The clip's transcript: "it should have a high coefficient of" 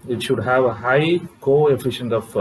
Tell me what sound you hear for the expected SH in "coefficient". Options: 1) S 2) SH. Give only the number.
2